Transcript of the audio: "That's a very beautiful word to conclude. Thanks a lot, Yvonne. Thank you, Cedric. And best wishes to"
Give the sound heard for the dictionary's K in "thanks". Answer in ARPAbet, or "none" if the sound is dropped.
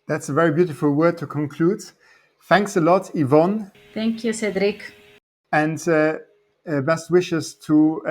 K